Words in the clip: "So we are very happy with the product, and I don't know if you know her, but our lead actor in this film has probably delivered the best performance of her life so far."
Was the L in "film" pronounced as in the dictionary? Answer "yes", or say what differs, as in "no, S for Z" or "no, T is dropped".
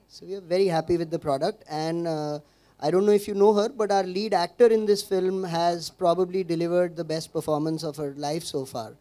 yes